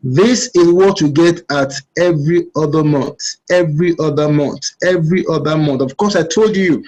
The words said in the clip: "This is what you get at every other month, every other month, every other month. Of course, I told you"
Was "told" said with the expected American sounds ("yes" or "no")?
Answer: yes